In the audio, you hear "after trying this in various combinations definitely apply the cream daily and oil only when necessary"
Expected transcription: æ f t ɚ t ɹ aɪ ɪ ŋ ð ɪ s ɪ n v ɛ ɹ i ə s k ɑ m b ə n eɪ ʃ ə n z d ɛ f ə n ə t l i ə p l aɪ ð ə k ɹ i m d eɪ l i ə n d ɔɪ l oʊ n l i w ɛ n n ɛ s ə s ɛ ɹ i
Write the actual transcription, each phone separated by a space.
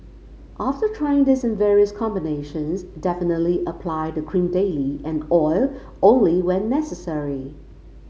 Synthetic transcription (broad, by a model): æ f t ɚ t ɹ aɪ ɪ ŋ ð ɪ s ɪ n v ɛ ɹ i ə s k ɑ m b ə n eɪ ʃ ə n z d ɛ f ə n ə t l i ə p l aɪ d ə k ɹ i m d eɪ l i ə n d ɔɪ l oʊ n l i w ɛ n n ɛ s ə s ɛ ɹ i